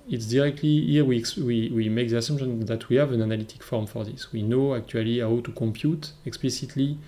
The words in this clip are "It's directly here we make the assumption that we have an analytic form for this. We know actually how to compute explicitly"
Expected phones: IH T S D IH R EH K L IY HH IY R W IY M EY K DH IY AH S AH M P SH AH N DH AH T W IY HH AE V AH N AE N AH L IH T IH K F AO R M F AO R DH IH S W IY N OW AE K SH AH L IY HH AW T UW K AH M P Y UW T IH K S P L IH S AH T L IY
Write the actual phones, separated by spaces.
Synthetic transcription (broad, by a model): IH T S D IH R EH K L IY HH IY W W IY M EY K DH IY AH S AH M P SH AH N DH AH T W IY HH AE V AH N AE N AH L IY T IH K F AO R M F AO R DH IH S W IY N OW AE K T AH L IY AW T UW K AH M P Y UW T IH K S P L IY S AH T L IY